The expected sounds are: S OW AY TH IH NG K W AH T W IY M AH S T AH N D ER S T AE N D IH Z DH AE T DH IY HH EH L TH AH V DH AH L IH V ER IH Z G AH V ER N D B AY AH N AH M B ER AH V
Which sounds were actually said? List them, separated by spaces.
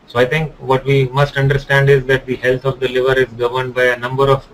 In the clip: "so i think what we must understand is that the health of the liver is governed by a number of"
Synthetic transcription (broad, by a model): S OW AY T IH NG K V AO T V IY M AH S T AH N D ER S T AE N D IH Z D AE T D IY HH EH L T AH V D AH L IH V ER IH Z G AH V ER N D B AY AH N AH M B ER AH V